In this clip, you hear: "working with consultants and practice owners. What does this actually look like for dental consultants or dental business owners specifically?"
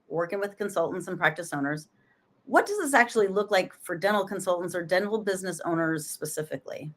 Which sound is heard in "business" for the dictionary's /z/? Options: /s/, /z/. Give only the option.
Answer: /z/